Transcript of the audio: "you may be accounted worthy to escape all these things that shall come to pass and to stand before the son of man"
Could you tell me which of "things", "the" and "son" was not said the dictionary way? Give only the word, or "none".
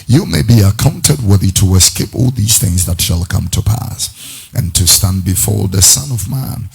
none